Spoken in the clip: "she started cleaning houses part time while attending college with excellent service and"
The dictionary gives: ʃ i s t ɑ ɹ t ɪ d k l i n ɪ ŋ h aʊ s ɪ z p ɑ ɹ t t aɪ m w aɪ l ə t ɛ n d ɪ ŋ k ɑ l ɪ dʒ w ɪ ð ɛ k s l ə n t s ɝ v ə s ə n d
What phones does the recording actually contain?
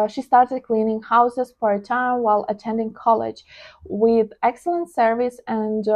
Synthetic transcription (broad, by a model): ʃ i s t ɑ ɹ t ɪ d k l i n ɪ ŋ h aʊ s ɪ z f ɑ ɹ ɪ t aɪ m w aɪ l ə t ɛ n d ɪ ŋ k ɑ l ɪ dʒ w ɪ ð ɛ k s l ə n t s ɝ v ə s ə n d